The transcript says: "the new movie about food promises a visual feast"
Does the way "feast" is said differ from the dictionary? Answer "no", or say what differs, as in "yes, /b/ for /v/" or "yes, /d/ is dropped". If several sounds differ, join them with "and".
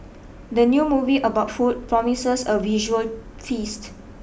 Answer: no